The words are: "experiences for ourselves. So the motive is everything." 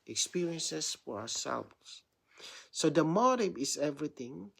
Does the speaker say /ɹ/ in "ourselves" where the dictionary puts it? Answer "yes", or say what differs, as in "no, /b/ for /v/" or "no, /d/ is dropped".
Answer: no, /w/ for /ɹ/